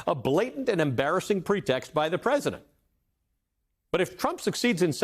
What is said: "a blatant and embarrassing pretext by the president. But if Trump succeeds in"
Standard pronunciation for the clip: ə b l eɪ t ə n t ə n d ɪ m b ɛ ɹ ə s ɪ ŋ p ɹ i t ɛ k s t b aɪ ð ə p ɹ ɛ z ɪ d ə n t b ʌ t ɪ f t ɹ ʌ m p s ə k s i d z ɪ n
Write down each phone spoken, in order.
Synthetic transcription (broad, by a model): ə b l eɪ t n t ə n ɪ m b ɛ ɹ ə s ɪ ŋ p ɹ i t ɛ k s t b aɪ ð ə p ɹ ɛ z ɪ d ə n t b ʌ t ɪ f t ɹ ʌ m p s ə k s i d z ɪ n